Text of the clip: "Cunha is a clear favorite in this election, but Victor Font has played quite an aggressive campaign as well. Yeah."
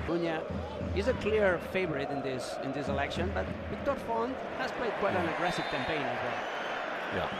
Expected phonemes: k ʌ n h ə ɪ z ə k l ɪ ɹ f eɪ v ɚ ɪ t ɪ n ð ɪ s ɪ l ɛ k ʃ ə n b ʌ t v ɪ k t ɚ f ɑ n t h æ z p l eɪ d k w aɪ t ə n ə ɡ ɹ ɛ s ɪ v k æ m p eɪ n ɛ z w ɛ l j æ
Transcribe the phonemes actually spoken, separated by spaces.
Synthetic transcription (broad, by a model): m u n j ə ɪ z ə k l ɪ ɹ f eɪ v ɚ ɪ t ɪ n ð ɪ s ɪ l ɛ k ʃ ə n b ʌ t w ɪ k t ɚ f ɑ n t h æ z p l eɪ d k w aɪ t ə n ə ɡ ɹ ɛ s ɪ v k æ m p eɪ n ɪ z w ɛ l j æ